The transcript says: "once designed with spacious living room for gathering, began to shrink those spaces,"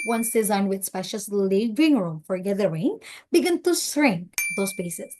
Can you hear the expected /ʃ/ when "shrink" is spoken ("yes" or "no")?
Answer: no